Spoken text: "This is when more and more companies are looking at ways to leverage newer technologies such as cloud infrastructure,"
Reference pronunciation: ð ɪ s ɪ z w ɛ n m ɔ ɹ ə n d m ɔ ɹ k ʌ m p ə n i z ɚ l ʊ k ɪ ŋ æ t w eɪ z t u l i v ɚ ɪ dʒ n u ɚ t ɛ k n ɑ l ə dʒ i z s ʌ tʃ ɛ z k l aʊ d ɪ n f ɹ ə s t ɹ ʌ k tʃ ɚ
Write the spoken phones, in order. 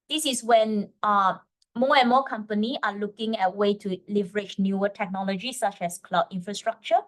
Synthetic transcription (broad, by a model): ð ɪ s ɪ s w ɛ n m ɔ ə n m ɔ k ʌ m p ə n i ɑ l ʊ k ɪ ŋ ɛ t w eɪ t u l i v ɚ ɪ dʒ n u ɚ t ɛ k n ɑ l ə dʒ i s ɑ tʃ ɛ s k l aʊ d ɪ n f ɹ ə s t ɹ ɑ k tʃ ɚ